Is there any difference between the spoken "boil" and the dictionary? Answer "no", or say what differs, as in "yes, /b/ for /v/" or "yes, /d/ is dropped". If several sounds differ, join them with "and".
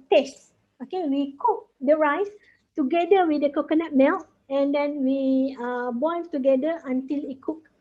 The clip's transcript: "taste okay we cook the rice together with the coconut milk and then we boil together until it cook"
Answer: yes, /n/ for /l/